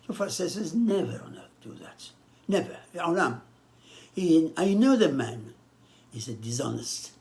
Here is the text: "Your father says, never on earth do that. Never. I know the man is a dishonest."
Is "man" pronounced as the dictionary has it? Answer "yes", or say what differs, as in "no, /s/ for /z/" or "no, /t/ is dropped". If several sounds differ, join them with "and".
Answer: yes